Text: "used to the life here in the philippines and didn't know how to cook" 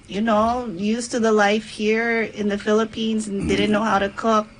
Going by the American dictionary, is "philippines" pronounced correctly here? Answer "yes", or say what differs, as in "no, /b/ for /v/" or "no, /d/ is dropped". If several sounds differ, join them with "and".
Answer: yes